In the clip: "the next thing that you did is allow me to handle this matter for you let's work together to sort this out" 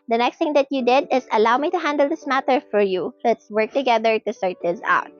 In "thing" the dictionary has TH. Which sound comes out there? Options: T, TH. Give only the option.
T